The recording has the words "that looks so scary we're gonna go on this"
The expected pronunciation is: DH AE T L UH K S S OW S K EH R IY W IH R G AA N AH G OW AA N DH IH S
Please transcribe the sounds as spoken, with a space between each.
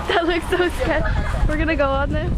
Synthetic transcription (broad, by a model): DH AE T L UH K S S OW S EH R W IH R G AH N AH G OW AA N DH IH